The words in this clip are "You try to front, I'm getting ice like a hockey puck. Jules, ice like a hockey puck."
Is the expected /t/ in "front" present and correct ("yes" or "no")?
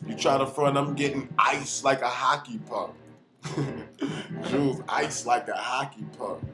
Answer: no